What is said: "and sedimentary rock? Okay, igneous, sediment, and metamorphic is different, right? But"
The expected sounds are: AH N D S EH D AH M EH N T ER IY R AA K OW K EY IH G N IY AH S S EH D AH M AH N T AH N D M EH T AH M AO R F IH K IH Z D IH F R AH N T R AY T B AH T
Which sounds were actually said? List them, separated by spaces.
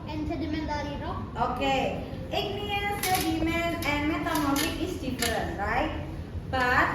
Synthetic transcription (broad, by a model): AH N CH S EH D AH M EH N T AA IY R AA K OW K EY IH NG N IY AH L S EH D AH M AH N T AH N M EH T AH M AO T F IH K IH S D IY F AH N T R AY T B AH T